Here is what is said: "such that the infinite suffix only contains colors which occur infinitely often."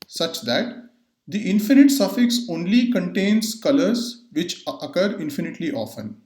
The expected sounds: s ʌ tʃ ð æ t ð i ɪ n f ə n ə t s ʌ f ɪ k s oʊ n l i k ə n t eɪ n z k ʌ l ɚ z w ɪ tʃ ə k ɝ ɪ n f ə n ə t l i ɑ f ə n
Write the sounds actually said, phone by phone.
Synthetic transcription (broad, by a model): s ʌ tʃ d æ t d i ɪ n f ə n ə t s ʌ f ɪ k s oʊ n l i k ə n t eɪ n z k ʌ l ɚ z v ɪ tʃ ə k ɝ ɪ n f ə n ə t l i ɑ f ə n